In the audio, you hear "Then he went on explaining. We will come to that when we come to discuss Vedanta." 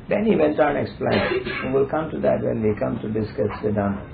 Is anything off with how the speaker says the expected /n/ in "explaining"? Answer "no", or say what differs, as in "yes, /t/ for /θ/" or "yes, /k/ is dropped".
yes, /n/ is dropped